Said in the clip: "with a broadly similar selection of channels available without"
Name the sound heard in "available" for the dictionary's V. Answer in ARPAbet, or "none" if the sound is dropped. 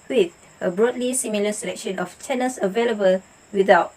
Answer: V